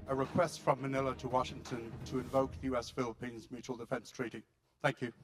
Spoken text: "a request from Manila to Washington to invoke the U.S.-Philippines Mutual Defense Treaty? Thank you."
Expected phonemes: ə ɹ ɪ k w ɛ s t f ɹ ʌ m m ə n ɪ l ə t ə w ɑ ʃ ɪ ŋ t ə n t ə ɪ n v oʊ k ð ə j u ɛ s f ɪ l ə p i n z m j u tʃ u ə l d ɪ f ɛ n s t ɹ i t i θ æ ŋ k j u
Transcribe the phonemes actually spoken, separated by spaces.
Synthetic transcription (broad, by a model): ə ɹ ɪ k w ɛ s t f ɹ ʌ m m ə n ɪ l ə t ə w ɑ ʃ ɪ ŋ t ə n t ə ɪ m v oʊ k ð ə j u ɛ s f ɪ l ə p i n z m j u tʃ u ə l d ɪ f ɛ n s t ɹ i t i θ æ ŋ k j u